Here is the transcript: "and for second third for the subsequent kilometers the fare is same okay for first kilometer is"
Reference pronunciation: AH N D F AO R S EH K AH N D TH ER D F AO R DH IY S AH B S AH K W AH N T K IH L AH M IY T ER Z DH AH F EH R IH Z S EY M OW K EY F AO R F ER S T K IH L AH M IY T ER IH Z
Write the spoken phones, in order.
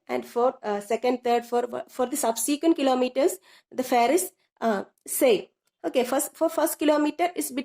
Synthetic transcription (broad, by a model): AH N D F AO R S EH K AH N D T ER D F AO R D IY S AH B S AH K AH N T K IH L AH M IY T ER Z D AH F EH R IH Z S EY OW K EY F AO R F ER S T K IH L AH M IY T ER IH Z